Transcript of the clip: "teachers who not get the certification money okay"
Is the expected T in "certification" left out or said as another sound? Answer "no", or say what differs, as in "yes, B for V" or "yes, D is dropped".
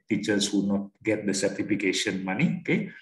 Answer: no